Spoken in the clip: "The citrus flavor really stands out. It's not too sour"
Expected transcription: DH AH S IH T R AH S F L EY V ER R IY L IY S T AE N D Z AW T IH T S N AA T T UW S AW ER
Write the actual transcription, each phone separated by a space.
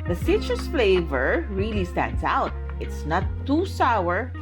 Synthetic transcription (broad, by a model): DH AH S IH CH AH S F L EY V ER R IY L IY S T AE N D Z AW T IH T S N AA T T UW S AW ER